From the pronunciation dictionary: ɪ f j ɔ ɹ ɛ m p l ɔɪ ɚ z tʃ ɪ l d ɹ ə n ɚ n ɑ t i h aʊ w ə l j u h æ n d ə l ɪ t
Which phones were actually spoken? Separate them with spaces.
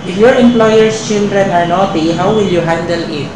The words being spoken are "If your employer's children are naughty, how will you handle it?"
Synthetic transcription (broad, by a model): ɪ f j ɔ ɹ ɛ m p l ɔɪ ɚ s tʃ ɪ l d ɹ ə n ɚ n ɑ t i h aʊ w ə l j u h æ n d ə l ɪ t